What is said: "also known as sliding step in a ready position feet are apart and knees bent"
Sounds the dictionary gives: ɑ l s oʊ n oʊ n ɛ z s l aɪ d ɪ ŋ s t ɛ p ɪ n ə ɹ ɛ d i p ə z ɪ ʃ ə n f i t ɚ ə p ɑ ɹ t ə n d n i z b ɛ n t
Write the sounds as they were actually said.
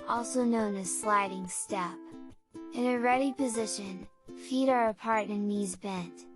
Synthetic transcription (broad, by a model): ɑ l s oʊ n oʊ n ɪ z s l aɪ d ɪ ŋ s t ɛ p ɪ n ə ɹ ɛ d i p ə z ɪ ʃ ə n f i t ɚ ə p ɑ ɹ t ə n n i z b ɛ n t